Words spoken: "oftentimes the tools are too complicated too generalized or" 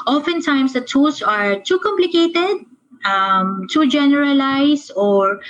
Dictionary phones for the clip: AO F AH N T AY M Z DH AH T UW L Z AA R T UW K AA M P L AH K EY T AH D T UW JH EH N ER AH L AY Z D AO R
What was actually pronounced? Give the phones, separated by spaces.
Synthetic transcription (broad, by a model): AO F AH N T AY M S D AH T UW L S AA R T UW K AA M P L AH K EY T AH D T UW JH EH N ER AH L AY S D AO R